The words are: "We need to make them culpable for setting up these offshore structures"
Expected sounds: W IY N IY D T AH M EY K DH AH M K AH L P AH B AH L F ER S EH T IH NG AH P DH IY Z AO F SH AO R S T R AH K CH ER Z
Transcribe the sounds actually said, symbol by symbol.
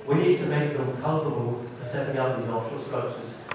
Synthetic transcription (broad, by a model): W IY N IY D T AH M EY K DH AH M K AH L P AH B AH L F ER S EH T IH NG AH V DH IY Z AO F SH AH L S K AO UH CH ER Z